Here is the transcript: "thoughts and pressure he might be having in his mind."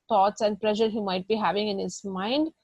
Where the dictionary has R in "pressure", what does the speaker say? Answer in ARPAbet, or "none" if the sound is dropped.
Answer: L